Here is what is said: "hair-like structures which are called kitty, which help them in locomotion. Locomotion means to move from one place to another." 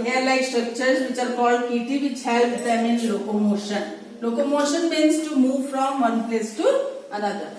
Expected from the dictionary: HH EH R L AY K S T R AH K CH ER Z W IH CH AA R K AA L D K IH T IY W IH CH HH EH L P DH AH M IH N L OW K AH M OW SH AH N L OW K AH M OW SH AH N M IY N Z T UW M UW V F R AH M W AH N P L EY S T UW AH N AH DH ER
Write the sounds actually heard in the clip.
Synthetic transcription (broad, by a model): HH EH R L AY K S T R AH K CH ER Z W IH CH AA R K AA D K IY T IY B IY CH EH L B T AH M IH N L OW K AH M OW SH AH N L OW K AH M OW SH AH N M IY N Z T UW M UW V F R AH M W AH N P L EY S T UW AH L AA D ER